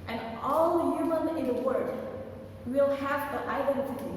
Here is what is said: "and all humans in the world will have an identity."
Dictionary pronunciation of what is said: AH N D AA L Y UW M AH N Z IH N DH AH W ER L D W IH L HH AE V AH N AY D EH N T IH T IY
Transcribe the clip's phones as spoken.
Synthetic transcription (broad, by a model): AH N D AA L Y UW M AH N IH N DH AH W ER D W IH L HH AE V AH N AY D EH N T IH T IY